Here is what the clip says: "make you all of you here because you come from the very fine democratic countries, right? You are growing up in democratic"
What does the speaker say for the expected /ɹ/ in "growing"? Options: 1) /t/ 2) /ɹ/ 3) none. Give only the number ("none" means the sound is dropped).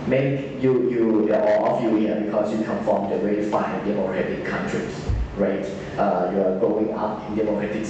3